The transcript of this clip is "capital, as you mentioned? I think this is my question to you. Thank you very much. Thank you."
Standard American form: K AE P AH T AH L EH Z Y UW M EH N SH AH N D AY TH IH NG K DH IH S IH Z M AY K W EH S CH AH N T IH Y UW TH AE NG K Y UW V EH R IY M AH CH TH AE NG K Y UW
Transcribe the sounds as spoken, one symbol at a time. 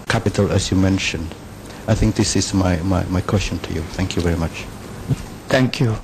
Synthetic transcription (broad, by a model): K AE P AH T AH L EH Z Y UW M EH N SH AH N D AY TH IH NG K DH IH S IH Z M AY K W EH S CH AH N T IH Y UW TH AE NG K Y UW V EH R IY M AH CH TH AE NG K Y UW